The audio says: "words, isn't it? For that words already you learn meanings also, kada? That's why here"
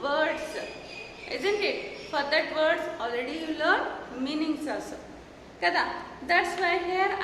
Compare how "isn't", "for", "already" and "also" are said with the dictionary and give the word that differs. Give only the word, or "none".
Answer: also